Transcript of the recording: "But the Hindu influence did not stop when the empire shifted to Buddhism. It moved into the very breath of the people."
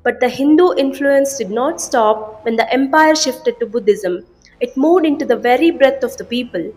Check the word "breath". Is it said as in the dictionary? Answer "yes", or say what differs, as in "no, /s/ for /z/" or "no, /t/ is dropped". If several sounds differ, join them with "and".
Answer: no, /t/ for /θ/